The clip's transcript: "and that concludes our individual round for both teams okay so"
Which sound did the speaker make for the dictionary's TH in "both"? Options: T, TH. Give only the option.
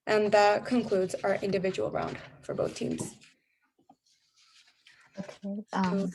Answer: TH